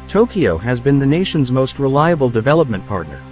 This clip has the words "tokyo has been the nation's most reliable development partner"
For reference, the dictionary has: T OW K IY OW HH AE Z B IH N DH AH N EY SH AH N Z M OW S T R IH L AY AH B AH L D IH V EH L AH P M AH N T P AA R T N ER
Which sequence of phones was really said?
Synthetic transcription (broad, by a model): T OW K IY OW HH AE Z B IH N DH AH N EY SH AH N Z M OW S T R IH L AY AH B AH L D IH V EH L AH P M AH N P AA R T N ER